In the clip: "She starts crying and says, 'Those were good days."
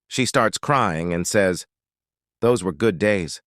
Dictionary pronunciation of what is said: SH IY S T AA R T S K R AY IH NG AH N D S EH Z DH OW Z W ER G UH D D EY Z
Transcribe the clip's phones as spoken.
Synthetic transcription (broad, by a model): SH IY S T AA R T S K R AY IH NG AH N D S EH Z DH OW Z W ER G UH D D EY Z